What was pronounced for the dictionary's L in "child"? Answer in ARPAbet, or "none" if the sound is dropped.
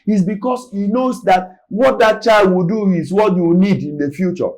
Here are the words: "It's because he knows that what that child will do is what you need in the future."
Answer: L